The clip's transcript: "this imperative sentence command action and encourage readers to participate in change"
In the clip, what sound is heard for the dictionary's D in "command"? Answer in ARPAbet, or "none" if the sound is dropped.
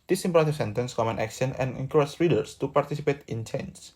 none